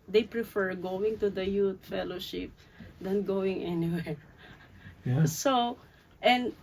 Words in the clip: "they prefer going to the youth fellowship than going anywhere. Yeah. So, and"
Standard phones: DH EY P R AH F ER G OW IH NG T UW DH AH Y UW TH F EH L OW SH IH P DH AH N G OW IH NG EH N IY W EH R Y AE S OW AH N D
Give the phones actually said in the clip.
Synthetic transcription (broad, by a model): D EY P R AH F ER G OW IH NG T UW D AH Y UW T F EH L OW SH IH P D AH N G OW IH NG EH N IY W EH R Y S OW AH N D